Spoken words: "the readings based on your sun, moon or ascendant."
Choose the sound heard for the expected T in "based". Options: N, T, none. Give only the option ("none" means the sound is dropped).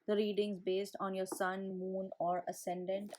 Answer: T